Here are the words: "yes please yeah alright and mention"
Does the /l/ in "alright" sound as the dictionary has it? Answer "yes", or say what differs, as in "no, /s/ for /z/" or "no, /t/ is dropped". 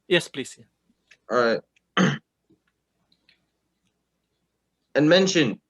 no, /l/ is dropped